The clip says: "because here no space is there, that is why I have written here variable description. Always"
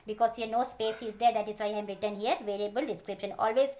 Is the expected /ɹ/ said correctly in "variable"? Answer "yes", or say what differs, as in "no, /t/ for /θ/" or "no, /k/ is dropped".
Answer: no, /l/ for /ɹ/